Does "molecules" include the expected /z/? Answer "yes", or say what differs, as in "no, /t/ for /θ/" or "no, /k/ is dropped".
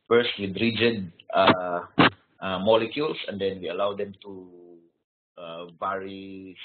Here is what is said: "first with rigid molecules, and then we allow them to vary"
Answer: no, /s/ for /z/